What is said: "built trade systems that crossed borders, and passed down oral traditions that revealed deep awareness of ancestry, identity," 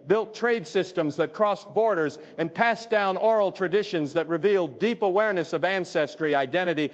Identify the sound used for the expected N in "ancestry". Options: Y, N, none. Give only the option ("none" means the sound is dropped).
N